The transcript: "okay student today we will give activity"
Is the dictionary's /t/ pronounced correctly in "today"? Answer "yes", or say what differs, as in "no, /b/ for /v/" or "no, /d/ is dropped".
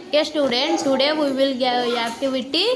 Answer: no, /s/ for /t/